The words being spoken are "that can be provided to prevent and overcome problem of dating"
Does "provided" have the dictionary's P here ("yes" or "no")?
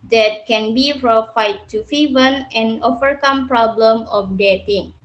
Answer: no